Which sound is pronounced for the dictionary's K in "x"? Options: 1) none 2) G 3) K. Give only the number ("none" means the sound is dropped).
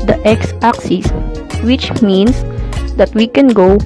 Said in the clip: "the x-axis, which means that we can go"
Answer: 3